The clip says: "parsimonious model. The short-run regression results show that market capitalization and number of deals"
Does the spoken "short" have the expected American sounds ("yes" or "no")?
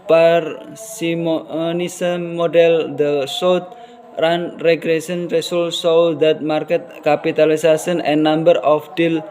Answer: no